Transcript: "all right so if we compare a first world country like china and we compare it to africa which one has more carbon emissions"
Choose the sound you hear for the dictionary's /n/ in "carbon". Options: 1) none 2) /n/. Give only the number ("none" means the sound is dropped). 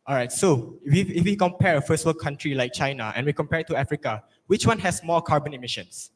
2